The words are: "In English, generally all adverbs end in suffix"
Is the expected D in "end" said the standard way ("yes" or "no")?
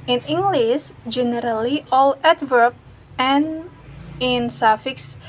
no